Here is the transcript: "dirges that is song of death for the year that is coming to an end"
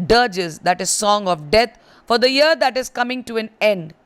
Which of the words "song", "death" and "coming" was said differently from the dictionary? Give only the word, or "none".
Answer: death